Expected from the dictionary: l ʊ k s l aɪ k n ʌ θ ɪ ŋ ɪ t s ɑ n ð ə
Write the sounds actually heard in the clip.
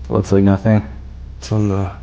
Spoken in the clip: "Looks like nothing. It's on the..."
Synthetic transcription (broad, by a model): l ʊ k s l aɪ k n ʌ θ ɪ ŋ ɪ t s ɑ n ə